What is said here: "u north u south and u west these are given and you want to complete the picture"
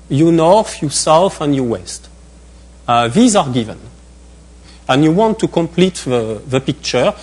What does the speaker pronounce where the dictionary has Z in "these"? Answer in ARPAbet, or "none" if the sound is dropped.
Z